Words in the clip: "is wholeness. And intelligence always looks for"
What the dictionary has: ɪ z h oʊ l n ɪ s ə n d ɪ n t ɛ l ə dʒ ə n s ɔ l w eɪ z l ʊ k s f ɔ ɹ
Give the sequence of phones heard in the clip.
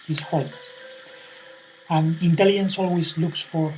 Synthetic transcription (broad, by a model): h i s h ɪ ə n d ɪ n t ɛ l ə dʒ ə n s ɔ l w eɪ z l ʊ k s f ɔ ɹ